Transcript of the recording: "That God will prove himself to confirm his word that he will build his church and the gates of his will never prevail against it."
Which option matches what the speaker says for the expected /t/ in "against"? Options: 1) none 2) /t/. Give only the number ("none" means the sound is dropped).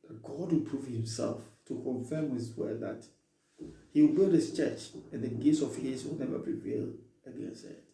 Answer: 1